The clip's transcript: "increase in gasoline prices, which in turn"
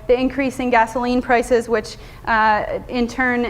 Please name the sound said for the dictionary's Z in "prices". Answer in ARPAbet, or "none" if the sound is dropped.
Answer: Z